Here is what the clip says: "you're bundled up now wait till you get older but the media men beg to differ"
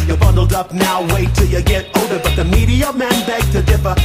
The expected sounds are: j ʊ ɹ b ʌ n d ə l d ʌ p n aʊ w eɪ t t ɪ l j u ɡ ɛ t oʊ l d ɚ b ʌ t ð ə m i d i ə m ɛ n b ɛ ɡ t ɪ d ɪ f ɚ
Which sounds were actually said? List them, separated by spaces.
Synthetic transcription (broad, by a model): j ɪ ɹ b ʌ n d l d ʌ p n aʊ w eɪ t t ɪ l j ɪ ɡ ɛ t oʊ d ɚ b ʌ t ð ə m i d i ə m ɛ n b ɛ ɡ t ɪ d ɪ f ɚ